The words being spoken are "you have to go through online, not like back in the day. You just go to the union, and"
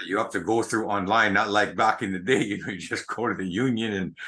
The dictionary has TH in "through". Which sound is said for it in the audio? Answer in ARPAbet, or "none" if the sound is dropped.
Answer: TH